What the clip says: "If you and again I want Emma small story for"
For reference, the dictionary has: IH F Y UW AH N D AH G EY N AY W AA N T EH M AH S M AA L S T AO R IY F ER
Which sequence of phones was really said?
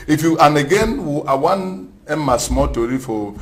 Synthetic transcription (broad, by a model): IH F Y UW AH N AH G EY N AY W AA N EH M AH S M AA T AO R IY F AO